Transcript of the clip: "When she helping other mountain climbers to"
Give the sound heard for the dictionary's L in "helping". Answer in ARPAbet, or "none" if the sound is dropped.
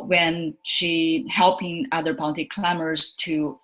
L